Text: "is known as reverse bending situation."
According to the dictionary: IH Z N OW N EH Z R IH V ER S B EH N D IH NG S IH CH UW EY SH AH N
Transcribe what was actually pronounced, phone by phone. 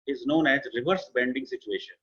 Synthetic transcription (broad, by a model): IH Z N OW N EH Z R IH V ER S B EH N D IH NG S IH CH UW EY SH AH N